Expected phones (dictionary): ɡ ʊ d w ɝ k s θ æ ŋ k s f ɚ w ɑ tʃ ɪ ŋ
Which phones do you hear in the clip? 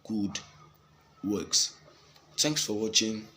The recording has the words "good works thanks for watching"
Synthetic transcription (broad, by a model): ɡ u d w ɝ k s t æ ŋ k s f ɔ w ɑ tʃ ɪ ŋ